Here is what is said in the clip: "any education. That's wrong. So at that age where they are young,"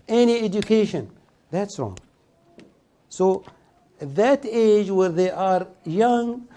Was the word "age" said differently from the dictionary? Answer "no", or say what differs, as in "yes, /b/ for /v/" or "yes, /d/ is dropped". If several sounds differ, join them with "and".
no